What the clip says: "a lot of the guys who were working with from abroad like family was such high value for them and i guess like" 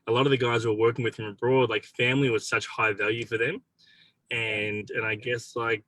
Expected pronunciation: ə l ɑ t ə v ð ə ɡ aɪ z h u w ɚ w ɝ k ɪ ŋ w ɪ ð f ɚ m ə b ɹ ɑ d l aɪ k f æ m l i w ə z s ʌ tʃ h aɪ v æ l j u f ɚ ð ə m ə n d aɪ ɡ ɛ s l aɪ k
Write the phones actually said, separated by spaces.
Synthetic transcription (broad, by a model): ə l ɑ t ə v ð ə ɡ aɪ z w ɚ w ɝ k ɪ ŋ w ɪ ð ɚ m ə b ɹ ɑ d l aɪ k f æ m l i w ə z s ʌ tʃ h aɪ v æ l j u f ɚ ð ə m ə n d aɪ ɡ ɛ s l aɪ k